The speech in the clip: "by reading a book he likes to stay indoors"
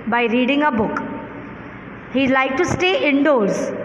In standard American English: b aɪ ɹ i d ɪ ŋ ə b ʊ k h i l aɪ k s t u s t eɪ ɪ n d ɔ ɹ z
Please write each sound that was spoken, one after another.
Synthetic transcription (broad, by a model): b aɪ ɹ i d ɪ ŋ ə b ʊ k h i l aɪ k t u s t eɪ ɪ n d ɔ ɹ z